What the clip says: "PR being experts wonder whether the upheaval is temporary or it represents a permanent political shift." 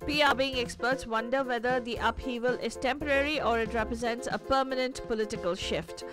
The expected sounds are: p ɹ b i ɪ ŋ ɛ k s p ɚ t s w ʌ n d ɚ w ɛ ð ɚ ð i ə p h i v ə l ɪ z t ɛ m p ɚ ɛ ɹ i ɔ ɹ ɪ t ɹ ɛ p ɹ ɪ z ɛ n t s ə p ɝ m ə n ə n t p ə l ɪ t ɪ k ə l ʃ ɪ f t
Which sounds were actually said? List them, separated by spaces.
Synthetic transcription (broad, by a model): p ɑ b i ɪ ŋ ɛ k s p ɚ t s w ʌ n d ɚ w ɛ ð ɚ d i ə p h i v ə l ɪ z t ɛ m p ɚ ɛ ɹ i ɔ ɹ ɪ t ɹ ɛ p ɹ ɪ z ɛ n t s ə p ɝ m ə n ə n t p ə l ɪ t ɪ k ə l ʃ ɪ f t